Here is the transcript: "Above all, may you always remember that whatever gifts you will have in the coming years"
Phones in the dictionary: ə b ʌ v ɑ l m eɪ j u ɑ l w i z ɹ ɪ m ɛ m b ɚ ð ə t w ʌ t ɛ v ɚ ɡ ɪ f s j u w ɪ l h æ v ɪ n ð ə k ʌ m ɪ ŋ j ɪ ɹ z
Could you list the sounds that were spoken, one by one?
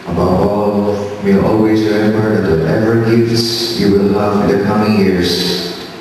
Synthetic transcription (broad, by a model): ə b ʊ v ɑ l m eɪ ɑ l w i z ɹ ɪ ɛ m ɚ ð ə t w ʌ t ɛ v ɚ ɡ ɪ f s j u w ɪ l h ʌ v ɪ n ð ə k ʌ m ɪ ŋ j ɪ ɹ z